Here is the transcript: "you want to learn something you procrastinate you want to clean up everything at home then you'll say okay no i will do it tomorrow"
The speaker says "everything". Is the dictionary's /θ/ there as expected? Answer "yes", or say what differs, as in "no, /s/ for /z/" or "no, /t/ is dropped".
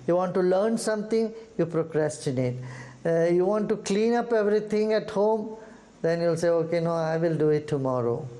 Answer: no, /t/ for /θ/